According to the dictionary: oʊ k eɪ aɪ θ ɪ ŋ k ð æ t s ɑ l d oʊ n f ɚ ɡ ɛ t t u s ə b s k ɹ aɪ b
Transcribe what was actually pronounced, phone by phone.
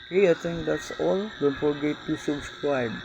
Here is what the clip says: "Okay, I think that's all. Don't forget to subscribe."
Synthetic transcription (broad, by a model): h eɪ aɪ t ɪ ŋ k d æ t s ɑ l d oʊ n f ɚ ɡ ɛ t t u s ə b s k ɹ aɪ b